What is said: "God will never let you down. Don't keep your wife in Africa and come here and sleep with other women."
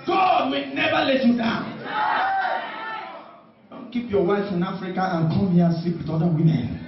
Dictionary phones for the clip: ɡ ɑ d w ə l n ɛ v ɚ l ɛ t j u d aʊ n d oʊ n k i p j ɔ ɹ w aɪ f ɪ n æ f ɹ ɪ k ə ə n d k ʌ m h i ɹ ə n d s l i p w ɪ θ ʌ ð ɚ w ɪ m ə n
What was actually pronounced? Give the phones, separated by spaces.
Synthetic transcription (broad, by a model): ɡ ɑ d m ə n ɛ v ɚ l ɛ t j u d aʊ n d oʊ n k i p j ɔ w aɪ f ɪ n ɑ f ɹ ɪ k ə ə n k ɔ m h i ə s i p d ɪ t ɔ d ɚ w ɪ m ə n